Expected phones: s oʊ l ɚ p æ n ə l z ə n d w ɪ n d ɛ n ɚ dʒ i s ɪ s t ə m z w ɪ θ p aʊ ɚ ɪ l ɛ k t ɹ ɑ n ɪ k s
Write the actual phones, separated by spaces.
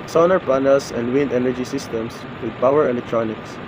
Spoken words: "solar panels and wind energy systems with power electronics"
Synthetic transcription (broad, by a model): s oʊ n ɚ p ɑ n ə l s ə n d w ɪ n d ɛ n ɚ dʒ i s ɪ s t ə m s w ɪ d p aʊ ɚ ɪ l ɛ k t ɹ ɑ n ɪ k s